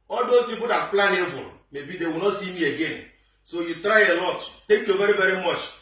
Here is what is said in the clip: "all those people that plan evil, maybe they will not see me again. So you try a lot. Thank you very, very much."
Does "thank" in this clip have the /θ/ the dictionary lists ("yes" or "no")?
no